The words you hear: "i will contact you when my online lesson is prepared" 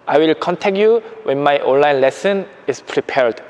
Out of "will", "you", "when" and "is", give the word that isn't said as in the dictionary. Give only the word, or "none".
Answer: is